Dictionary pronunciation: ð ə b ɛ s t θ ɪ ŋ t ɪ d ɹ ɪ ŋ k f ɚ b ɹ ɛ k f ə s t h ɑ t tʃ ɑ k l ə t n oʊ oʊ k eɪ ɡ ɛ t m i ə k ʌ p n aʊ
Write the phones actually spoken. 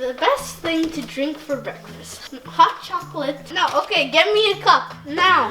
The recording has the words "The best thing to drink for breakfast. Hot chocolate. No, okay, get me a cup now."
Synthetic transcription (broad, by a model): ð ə b ɛ s t θ ɪ ŋ t ɪ d ɹ ɪ ŋ k f ɚ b ɹ ɛ k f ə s t h ɑ t tʃ ɑ k l ə t n oʊ oʊ k eɪ ɡ ɛ t m i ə k ʌ p n aʊ